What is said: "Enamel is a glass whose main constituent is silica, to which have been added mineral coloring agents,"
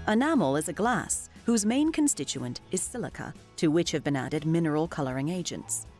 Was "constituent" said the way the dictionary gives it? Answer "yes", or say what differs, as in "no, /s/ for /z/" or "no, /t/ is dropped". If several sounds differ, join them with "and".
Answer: yes